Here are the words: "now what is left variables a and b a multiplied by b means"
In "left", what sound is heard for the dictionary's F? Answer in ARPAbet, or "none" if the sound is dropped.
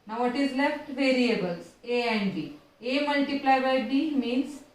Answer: F